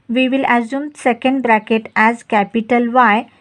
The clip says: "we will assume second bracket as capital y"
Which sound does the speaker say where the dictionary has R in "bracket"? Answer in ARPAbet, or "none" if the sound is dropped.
R